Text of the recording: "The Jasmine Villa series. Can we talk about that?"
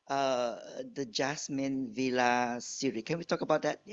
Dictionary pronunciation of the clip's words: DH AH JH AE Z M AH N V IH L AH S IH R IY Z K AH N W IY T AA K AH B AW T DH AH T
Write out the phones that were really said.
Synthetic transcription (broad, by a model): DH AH JH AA S M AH N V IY L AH S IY R IY K AH N W IY T AA K AH B AW T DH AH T